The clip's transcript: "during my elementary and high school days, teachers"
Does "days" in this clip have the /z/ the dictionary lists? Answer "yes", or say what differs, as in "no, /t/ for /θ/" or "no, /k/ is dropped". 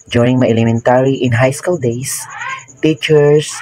no, /s/ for /z/